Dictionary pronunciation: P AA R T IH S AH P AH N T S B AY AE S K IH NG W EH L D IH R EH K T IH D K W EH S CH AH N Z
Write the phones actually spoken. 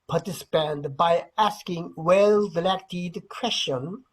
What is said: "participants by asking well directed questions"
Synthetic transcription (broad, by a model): P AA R T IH S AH P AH N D B AY AE S K IH NG W EH L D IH L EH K T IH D K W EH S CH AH N